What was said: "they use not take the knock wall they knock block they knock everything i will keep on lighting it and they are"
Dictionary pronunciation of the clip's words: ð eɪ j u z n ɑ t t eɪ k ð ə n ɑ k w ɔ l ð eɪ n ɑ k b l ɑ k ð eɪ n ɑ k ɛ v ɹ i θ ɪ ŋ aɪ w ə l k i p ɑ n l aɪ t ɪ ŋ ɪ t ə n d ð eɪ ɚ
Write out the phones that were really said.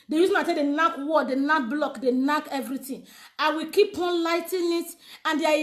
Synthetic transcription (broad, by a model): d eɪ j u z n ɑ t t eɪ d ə n ɑ k w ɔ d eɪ n ɑ k b l ɑ k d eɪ n ɑ k ɛ v ɹ i t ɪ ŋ aɪ w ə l k i p ɑ n l aɪ t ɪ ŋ ɪ t ə n d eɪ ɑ